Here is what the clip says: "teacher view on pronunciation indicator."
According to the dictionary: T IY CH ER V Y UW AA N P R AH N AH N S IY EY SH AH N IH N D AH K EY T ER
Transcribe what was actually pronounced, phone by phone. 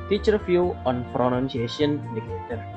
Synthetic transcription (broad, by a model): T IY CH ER F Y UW AA N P R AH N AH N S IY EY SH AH N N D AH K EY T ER